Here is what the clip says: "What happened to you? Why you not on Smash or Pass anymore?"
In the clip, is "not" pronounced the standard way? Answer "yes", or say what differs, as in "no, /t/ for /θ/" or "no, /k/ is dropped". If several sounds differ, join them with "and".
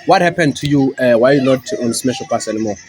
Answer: no, /l/ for /n/